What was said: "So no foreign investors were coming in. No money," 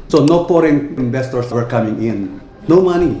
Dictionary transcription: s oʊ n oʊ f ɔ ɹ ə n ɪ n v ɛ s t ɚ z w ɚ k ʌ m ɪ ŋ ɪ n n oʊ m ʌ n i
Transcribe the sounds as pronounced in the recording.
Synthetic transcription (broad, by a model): s oʊ n oʊ p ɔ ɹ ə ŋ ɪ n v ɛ s t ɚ s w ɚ k ʌ m ɪ ŋ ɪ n n oʊ m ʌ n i